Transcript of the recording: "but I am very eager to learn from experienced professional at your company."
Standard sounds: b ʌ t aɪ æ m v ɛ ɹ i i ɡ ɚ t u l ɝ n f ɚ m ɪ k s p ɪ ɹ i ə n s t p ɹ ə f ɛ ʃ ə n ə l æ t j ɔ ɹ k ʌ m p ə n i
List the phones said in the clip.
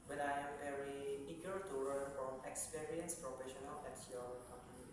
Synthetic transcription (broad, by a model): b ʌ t aɪ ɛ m v ɛ ɹ i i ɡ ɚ t u w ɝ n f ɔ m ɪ k s p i ɹ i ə n s p ɹ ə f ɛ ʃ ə n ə l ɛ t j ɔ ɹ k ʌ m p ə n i